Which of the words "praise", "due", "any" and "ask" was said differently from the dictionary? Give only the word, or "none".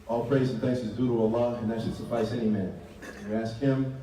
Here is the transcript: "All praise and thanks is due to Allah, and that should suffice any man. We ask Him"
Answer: none